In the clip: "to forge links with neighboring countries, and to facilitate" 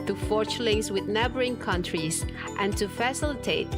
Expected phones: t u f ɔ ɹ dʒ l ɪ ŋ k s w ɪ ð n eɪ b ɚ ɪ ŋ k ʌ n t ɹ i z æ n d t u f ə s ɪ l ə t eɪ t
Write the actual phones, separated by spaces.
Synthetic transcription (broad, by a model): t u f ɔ ɹ tʃ l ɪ ŋ s w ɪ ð n eɪ b ɚ ɪ ŋ k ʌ n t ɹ i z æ n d t u f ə s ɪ l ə t eɪ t